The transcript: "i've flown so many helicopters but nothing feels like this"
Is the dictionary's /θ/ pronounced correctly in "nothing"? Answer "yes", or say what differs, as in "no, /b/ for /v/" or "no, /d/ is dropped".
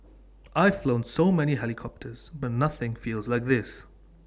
yes